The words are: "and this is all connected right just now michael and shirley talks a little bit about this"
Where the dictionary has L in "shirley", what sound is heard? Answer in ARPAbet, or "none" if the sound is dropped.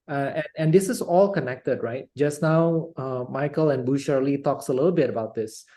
L